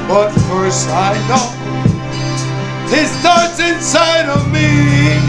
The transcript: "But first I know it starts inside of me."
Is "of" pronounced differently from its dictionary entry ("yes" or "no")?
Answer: no